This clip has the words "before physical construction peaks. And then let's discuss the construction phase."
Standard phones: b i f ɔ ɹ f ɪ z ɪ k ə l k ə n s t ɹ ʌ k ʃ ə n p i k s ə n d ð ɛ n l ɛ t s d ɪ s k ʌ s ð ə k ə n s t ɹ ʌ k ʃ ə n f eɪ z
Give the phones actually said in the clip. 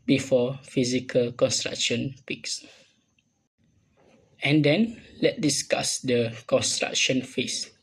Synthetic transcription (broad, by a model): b i f ɔ f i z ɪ k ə l k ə n s t ɹ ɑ k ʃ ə n p i k s ə n d ɛ n l ɛ t d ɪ s k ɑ s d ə k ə n s t ɹ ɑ k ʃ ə n f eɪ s